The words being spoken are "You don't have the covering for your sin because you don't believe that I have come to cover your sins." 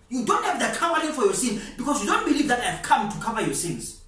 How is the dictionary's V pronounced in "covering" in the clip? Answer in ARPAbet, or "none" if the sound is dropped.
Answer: W